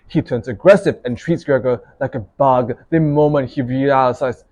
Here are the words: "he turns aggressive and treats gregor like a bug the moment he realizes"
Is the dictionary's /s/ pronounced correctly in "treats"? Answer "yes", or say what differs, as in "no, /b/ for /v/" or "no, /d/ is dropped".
yes